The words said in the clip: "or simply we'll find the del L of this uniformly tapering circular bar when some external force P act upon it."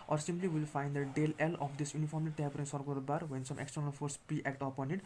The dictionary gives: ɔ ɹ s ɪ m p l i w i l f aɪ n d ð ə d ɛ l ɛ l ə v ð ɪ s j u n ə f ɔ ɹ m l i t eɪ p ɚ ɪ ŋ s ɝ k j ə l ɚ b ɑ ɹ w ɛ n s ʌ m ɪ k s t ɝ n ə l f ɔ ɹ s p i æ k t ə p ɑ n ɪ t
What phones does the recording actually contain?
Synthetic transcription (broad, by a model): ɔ ɹ s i m p l i w i l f aɪ n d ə d ɛ l ɛ l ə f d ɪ s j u n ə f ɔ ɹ m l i t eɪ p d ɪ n s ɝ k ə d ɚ b ɑ ɹ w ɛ n s ʌ m ɪ k s t ɝ n ə l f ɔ ɹ s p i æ k t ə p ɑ n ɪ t